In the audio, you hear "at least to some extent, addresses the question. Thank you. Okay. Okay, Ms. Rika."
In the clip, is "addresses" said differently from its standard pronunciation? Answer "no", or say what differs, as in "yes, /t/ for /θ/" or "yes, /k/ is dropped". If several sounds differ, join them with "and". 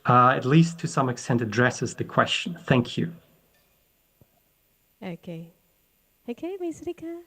no